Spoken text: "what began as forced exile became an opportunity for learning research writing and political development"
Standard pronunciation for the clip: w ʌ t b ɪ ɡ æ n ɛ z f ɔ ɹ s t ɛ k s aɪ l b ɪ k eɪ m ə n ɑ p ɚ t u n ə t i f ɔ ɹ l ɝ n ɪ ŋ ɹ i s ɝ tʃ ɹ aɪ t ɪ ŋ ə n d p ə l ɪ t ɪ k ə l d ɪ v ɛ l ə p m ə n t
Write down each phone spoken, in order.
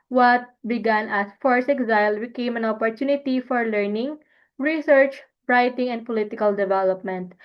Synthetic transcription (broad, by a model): w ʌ t b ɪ ɡ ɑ n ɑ s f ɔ ɹ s ɛ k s aɪ l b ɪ k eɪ m ə n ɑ p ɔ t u n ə t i f ɔ ɹ l ɝ n ɪ ŋ ɹ i s ɝ tʃ ɹ aɪ t ɪ ŋ ə n d p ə l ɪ t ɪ k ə l d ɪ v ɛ l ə p m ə n t